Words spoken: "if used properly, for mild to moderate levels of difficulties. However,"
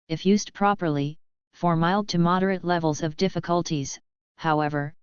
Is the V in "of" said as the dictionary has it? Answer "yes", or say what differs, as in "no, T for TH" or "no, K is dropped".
yes